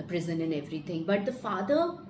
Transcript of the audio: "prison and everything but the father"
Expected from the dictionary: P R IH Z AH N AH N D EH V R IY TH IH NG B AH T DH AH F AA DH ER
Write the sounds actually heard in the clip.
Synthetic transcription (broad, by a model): P R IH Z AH N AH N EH V R IY T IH NG B AH T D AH F AA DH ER